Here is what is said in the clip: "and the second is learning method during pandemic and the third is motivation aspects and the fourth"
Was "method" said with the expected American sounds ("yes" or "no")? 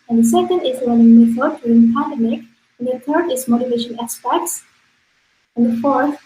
no